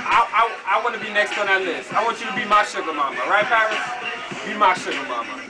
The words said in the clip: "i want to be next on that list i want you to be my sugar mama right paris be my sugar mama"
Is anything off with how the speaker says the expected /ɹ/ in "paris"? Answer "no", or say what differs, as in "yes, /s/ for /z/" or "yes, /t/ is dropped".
yes, /ɹ/ is dropped